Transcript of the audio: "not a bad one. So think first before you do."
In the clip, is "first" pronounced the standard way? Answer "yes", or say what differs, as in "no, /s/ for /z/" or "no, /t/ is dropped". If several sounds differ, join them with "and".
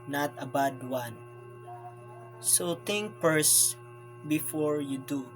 no, /p/ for /f/